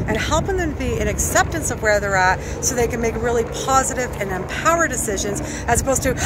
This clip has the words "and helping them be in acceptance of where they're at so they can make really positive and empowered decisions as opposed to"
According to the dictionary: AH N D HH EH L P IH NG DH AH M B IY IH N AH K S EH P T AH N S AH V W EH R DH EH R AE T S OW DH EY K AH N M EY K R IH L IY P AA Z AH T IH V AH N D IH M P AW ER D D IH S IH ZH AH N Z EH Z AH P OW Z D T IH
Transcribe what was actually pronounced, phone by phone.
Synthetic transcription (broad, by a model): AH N HH EH L P IH NG DH AH M B IY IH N AH K S EH P T AH N S AH V W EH R DH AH R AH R S OW DH EY K AH N M EY K R IH L IY P AA Z AH T IH V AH N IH M P AW ER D D IH S IH ZH AH N Z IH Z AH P OW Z T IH